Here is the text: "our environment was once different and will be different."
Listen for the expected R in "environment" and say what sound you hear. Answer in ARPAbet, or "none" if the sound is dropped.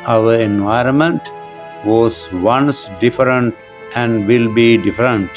R